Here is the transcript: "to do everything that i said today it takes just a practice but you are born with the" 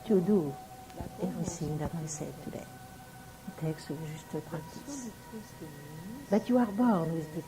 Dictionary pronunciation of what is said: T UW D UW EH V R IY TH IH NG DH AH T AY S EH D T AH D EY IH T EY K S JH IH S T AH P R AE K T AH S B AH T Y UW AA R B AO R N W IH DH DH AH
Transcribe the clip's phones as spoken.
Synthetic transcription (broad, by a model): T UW D UW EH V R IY S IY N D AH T AY S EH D T AH D EY IH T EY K S ZH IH S T AH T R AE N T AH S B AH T Y UW AA R B AO R N W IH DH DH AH